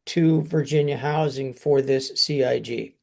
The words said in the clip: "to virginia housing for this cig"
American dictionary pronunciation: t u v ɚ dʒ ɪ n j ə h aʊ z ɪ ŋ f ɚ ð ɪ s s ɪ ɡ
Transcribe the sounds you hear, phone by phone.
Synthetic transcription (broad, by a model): t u v ɚ dʒ ɪ n j ə h aʊ z ɪ ŋ f ɚ ð ɪ s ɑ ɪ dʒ